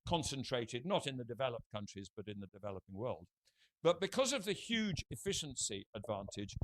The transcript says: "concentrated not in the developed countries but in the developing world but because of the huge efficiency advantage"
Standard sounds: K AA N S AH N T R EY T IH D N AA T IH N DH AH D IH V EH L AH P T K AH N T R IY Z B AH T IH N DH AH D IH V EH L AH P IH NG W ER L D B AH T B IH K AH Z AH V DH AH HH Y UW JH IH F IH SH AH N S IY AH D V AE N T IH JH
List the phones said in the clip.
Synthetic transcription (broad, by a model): K AA N S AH N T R EY T IH D N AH T IH N DH AH D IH V EH L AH P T K AH N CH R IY Z B AH T IH N DH AH D IH V EH L AH P IH NG W ER L D B AH T B IH K AH Z AH V DH AH HH Y UW JH IH F IH SH AH N S IY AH D V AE N T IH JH